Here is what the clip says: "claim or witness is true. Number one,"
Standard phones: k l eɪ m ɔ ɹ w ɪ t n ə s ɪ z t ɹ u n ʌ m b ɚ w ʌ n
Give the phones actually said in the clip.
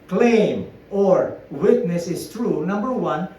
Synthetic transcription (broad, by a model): k l eɪ m ɔ ɹ w ɪ t n ə s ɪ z t ɹ u n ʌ m b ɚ w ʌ n